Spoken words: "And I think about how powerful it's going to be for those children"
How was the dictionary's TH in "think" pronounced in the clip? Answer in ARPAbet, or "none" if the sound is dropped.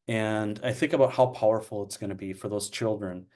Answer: TH